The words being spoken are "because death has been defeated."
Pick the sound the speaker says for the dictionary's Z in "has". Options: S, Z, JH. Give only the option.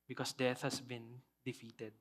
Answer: S